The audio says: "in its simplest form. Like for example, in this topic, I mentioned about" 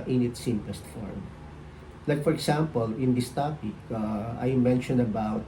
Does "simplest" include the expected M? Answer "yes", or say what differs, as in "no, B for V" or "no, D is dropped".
yes